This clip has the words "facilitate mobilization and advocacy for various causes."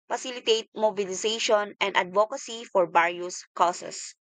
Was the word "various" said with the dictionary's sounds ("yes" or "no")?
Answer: no